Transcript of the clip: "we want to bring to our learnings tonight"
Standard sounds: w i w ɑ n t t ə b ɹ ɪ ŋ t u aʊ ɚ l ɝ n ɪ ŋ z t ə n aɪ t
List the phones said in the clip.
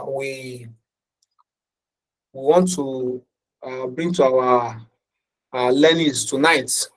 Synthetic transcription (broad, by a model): w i w ɑ n t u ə b ɹ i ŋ t u aʊ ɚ l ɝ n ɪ z t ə n aɪ t